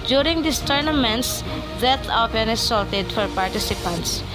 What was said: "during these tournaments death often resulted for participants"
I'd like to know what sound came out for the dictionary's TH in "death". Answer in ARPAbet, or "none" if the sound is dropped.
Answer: T